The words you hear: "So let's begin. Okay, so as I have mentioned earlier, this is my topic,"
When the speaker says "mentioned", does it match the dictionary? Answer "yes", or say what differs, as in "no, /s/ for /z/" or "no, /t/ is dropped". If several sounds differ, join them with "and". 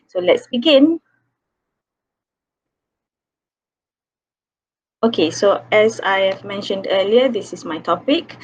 yes